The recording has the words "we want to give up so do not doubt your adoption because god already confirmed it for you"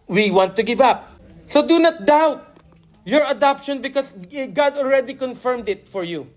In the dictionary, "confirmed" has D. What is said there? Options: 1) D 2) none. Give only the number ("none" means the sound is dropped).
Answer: 1